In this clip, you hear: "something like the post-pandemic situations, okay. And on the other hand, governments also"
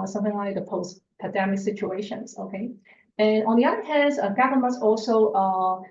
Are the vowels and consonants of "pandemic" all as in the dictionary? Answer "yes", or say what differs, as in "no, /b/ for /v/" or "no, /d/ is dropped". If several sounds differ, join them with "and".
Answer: no, /n/ is dropped